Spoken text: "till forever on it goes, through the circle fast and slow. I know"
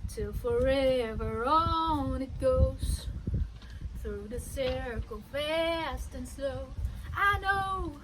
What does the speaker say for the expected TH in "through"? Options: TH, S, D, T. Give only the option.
TH